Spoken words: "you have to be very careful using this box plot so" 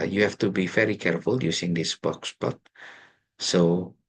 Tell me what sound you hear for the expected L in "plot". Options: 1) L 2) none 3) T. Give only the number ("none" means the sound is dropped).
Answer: 2